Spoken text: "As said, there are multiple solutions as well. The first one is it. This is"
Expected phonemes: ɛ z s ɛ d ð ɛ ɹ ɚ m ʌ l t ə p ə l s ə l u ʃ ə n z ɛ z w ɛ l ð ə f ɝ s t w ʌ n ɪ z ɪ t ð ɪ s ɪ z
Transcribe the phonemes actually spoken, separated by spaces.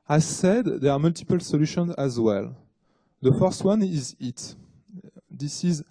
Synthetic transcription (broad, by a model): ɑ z s ɛ d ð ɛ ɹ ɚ m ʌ l t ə p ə l s ə l u ʃ ə n z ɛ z w ɛ l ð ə f ɝ s t w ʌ n ɪ z ɪ t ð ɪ s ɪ z